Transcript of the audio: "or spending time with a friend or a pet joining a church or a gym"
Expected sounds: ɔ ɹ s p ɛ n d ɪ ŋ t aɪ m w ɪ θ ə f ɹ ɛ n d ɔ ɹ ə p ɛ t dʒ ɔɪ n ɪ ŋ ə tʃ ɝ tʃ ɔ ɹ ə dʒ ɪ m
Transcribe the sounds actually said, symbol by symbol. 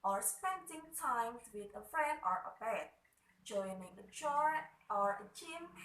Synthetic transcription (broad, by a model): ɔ ɹ s p ɛ n d ɪ ŋ t aɪ m w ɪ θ ə f ɹ ɛ n d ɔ ɹ ə b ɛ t dʒ ɔɪ n ɪ ŋ ə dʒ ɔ ɔ ɹ ə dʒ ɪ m